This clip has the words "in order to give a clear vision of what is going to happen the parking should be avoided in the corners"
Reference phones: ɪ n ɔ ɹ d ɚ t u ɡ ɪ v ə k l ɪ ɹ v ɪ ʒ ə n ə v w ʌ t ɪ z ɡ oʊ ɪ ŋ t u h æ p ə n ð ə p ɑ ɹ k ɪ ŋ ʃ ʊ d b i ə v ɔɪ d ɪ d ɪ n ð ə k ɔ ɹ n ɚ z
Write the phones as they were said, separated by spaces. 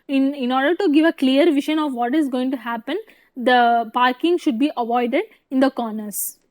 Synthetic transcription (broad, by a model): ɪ n ɔ ɹ d ɚ t u ɡ ɪ v ə k l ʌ ɹ v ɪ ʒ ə n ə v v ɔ t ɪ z ɡ oʊ ɪ ŋ t u h æ p ə n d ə p ɑ ɹ k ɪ ŋ ʃ ʊ d b i ə v ɔɪ d ɪ d ɪ n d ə k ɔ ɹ n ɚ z